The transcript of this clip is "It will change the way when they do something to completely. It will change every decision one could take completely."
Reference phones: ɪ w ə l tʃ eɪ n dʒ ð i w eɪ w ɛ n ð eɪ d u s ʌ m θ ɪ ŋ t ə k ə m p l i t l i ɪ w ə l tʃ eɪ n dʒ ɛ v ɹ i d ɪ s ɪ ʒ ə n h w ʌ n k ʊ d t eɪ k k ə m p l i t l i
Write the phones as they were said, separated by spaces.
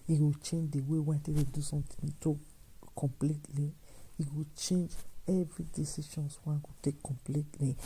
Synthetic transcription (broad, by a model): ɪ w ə tʃ eɪ n dʒ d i w eɪ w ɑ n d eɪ d u s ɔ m t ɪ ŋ t ə k ə m p l i t l i ɪ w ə tʃ eɪ n dʒ ɛ v ɹ i d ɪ s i ʃ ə n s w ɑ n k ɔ t eɪ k k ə m p l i t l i